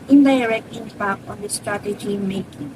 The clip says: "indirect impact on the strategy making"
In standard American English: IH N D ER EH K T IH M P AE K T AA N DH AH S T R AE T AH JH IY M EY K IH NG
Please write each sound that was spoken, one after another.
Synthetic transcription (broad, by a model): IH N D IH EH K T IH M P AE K AA N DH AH S T R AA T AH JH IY M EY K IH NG